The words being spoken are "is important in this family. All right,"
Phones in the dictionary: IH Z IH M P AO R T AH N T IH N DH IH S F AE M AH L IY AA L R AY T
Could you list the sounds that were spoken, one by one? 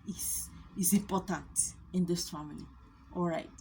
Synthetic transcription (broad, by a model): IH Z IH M P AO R T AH N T IH N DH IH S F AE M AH N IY AA L R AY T